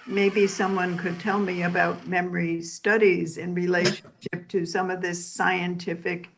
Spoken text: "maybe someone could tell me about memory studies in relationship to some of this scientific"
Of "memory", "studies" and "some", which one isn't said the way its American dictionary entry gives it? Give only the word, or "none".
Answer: none